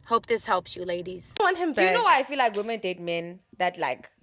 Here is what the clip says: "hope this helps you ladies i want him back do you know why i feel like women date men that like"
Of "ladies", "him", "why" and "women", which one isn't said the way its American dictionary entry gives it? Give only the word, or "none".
none